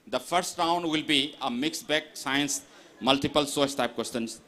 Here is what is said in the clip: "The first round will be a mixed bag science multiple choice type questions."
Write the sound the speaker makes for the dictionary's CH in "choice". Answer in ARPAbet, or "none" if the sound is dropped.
S